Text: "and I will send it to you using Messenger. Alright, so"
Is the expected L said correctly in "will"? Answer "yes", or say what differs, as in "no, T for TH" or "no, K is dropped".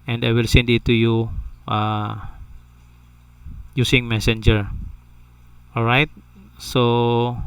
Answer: yes